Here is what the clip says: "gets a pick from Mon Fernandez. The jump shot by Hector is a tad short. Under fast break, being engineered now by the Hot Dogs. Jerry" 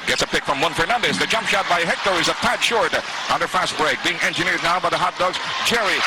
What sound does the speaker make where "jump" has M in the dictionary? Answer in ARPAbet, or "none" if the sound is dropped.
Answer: M